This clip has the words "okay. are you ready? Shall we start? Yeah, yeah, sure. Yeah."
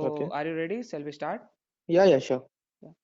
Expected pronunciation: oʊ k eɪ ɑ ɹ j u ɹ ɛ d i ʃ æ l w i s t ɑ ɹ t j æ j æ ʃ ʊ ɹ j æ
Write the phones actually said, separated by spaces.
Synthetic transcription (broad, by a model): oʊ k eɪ ɑ ɹ j u ɹ ɛ d i s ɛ l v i s t ɑ ɹ t j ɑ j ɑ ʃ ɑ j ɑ